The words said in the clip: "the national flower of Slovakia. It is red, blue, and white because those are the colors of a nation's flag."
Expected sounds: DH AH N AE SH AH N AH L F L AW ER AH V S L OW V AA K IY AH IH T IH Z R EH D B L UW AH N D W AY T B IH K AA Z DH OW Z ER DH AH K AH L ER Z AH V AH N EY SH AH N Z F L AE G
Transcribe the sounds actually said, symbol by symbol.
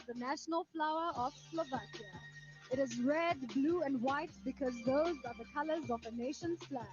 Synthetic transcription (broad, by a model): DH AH N AE SH AH N AH L F L AW ER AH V S L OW V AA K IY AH IH T IH Z R EH D B L UW AH N D W AY T B IH K AA Z DH OW Z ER DH AH K AH L ER Z AH V AH N EY SH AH N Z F L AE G